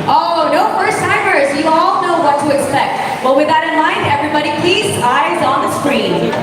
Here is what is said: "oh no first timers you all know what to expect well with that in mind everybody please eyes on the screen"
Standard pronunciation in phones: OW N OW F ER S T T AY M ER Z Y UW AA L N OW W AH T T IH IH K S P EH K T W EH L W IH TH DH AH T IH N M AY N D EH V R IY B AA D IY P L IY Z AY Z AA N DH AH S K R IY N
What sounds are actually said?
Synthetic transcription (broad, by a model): OW N OW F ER S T T AY M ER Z Y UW AA L N OW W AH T T IH IH K S P EH K T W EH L W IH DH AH T IH N M AY N D EH V R IY B AA D IY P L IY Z AY Z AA N DH AH S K R IY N